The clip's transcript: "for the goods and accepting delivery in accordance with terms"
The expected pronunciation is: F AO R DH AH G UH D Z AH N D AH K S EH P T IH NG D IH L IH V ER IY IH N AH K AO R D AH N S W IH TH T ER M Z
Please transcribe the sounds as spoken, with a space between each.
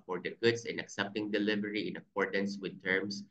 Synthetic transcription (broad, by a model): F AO R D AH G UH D S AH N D AH K S EH P T IH NG D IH L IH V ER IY IH N AH K AO R D AH N S W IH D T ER M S